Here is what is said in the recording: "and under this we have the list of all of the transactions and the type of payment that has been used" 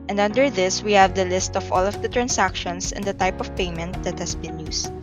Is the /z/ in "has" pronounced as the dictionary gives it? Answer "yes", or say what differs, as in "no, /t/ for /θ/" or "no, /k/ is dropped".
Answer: no, /s/ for /z/